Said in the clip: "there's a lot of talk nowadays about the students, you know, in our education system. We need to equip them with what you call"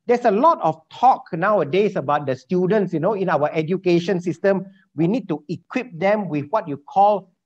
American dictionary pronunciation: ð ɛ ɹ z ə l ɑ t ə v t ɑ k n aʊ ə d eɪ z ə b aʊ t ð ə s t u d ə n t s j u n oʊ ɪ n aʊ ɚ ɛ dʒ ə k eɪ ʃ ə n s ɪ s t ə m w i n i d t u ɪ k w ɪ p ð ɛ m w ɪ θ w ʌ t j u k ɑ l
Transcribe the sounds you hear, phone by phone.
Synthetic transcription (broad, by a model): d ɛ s ə l ɑ t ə f t ɑ k n aʊ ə d eɪ s ə b aʊ t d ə s t u d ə n t s j u n oʊ ɪ n aʊ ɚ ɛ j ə k eɪ ʃ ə n s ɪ s t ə m w i n i d t u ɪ k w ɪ p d ɛ m w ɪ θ w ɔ t j u k ɑ l